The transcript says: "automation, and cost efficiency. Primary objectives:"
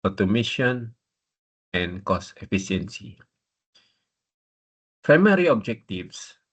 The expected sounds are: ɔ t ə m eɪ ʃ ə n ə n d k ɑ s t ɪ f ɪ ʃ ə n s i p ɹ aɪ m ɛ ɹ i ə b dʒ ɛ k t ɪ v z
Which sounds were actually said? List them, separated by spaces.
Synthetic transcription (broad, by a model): ɔ t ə m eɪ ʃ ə n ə n k ɑ s ɪ f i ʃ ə n s i p ɹ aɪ m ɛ ɹ i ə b dʒ ɛ k t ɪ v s